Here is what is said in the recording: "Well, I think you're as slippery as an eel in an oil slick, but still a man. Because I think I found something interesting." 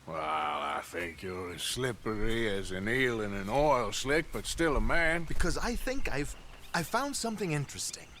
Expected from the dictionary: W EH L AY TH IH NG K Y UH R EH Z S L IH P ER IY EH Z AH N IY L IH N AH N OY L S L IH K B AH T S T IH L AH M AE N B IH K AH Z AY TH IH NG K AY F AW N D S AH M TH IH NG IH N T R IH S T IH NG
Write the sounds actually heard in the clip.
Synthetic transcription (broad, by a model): W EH L AY TH IH NG K Y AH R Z S L IH P ER IY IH Z AH N IY L IH N AH N OY L S L IH K B AH T S T IH L AH M AE N B IH K AH Z AY TH IH NG K AY F AW N D S AH M TH IH NG IH N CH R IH S T IH NG